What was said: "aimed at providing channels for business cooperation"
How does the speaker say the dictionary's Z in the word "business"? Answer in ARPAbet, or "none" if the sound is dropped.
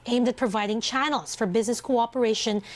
Z